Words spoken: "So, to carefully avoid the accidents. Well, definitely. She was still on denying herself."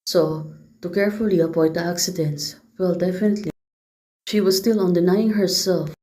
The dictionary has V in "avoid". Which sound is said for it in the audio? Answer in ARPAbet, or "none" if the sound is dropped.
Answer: P